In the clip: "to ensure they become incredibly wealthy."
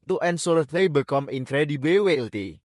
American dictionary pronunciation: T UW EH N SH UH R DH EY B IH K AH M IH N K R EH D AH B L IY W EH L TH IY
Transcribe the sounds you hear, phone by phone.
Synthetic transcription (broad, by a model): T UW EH N S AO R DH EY B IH K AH M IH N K R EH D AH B IY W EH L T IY